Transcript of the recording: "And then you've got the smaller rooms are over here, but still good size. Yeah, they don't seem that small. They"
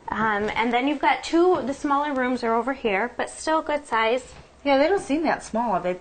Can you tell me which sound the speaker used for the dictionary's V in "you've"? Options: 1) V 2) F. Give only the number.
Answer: 1